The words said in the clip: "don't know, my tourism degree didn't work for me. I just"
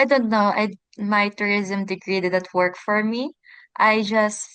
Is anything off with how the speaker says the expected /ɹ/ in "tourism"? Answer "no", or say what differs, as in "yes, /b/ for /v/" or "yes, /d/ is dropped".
no